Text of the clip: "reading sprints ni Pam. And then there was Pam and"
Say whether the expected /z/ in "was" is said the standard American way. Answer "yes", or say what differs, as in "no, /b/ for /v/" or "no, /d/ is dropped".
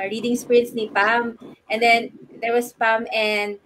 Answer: no, /s/ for /z/